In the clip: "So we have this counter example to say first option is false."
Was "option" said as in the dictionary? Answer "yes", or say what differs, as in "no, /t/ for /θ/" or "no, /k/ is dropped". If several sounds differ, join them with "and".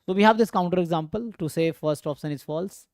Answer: no, /s/ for /ʃ/